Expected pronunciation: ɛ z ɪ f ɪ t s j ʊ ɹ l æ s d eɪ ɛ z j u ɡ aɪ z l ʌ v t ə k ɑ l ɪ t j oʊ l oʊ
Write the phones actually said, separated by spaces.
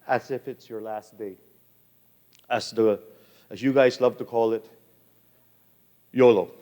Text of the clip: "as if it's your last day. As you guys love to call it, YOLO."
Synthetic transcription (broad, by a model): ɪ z ɪ f ɪ t s j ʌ ɹ l æ s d eɪ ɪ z j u ɡ aɪ z l ʌ v t ə k ɑ l ɪ t j oʊ l oʊ